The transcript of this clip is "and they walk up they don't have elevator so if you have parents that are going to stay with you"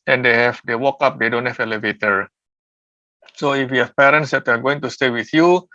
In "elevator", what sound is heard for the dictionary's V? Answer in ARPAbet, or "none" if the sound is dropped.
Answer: V